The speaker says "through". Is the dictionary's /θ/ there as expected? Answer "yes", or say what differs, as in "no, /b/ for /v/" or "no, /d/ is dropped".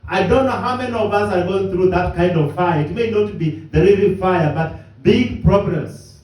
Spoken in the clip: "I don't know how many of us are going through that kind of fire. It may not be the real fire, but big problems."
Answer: yes